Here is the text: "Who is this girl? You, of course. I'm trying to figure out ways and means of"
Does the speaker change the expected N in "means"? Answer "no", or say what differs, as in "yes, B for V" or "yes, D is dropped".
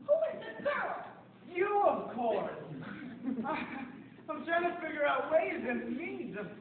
yes, N is dropped